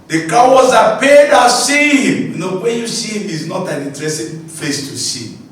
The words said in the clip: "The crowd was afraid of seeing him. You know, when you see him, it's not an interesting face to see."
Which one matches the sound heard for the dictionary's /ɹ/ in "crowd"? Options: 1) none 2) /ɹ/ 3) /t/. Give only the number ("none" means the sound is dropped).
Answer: 1